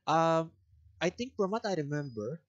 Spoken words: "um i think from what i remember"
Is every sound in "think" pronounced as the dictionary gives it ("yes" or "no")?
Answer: no